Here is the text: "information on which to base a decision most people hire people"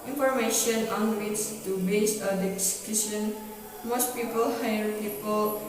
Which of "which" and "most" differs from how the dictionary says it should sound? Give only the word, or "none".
which